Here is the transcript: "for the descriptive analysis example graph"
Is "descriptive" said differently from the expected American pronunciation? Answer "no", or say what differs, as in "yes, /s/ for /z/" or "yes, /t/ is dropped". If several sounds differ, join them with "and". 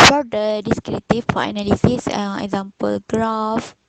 yes, /p/ is dropped and /f/ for /v/